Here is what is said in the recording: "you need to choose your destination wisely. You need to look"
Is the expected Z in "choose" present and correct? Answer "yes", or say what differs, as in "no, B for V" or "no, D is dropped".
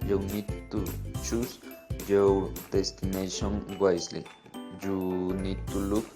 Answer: no, S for Z